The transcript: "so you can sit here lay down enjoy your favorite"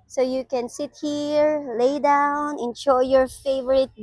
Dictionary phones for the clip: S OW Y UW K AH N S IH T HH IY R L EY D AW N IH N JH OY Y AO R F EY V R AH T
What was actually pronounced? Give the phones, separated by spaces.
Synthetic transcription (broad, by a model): S OW Y UW K AH N S IH T HH IY R L EY D AW N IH N SH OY Y AO R F EY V R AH T